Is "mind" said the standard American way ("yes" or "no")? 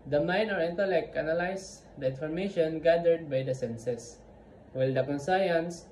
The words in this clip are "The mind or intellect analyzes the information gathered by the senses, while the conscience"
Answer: no